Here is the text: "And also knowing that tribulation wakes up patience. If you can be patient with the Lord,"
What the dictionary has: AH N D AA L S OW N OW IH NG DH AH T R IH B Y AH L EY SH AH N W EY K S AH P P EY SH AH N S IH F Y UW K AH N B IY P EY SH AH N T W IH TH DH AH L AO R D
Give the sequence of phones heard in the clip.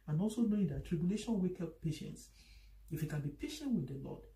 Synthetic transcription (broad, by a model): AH N AA L S OW N OW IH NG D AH T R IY B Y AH L EY SH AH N W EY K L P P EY SH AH N S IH F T K AH N B IY P EY SH AH N T W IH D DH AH L AO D